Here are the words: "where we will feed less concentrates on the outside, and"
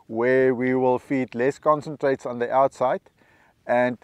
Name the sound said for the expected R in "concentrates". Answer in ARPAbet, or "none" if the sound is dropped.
R